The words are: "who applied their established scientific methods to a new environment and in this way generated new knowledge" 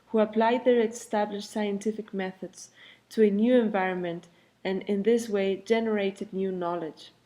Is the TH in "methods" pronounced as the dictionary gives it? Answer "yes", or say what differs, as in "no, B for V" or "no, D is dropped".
yes